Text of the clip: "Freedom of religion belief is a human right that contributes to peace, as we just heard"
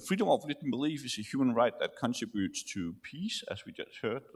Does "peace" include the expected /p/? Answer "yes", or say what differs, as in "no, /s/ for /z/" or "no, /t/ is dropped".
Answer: yes